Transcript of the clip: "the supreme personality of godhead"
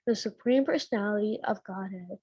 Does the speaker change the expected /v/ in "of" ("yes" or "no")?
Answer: no